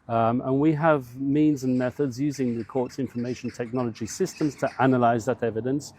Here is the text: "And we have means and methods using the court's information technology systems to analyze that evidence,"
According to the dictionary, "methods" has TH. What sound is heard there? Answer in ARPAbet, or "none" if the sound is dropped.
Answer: TH